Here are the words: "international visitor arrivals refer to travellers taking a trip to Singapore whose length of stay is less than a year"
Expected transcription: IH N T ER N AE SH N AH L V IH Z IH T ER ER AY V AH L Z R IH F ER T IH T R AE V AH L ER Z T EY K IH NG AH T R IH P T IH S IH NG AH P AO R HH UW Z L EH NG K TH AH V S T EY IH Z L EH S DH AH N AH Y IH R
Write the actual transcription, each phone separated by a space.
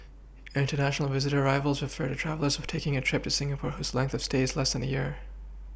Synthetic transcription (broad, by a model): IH N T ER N AE SH N L V IH Z IH T ER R AY V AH L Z R IH F ER T IH T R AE V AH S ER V T EY K IH NG AH T R IH P T IH S IH NG AH P AO R HH UW Z L EH NG K TH AH V S T EY IH Z L EH S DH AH N AH Y IH R